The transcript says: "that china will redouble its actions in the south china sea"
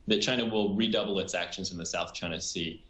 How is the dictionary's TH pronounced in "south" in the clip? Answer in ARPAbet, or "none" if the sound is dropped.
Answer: TH